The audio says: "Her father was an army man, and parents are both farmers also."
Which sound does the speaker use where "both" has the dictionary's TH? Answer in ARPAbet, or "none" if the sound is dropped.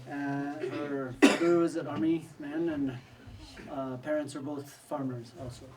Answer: TH